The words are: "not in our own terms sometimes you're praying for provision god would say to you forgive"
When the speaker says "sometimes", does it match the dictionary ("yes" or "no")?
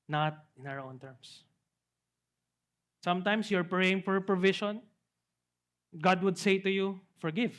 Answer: no